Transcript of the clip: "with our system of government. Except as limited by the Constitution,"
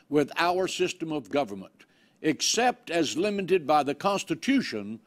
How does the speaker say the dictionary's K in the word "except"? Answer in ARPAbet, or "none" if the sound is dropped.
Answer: K